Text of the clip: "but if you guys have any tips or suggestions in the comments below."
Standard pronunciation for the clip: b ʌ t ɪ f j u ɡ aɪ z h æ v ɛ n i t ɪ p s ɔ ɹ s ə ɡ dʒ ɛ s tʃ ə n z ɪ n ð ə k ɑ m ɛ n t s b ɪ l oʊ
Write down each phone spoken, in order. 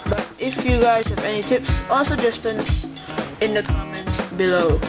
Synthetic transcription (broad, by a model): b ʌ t ɪ f j u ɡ aɪ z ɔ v ɛ n i t ɪ p s ɔ l s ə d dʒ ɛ s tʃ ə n s ɪ n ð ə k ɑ m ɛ n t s b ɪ l oʊ